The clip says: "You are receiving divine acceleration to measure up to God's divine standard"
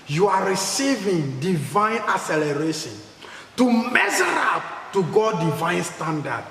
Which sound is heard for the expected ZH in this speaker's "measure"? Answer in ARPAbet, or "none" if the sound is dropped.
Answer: Z